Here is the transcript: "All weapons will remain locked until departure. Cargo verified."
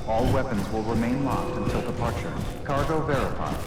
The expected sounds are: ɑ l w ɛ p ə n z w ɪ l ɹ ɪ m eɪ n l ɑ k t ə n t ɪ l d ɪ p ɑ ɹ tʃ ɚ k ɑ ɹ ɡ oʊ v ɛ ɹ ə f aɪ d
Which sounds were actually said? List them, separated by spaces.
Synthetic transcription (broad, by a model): ɑ l w ɛ p ə n z w ɪ l ɹ ɪ m eɪ n l ɑ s t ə n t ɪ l d ɪ p ɑ ɹ tʃ ɚ k ɑ ɹ ɡ oʊ v ɛ ɹ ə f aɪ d